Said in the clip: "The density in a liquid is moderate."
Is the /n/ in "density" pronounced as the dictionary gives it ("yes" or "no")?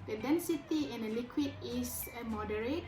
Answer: yes